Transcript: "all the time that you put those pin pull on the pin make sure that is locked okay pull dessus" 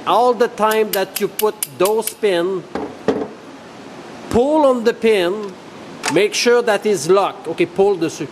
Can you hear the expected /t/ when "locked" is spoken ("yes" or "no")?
no